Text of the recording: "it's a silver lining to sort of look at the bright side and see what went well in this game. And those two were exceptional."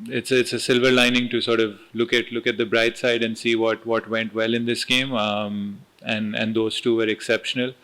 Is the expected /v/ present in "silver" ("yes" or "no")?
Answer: yes